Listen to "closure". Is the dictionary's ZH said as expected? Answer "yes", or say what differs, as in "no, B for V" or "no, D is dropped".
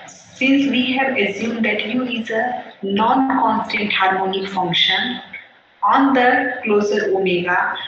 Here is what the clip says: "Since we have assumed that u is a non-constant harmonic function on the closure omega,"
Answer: no, Z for ZH